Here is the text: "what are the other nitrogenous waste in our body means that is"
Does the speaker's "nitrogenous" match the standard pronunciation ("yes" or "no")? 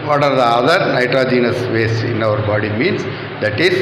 yes